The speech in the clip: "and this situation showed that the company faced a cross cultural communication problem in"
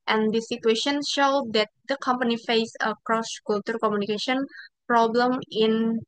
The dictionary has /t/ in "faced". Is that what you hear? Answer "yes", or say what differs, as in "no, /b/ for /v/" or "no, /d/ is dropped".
no, /t/ is dropped